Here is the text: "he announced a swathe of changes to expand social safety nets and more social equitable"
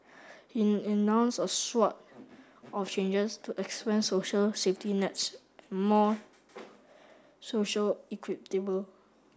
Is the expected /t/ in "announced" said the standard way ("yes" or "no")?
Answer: no